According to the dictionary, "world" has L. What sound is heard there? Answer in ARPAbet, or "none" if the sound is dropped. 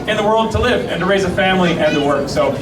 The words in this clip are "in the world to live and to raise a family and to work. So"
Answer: L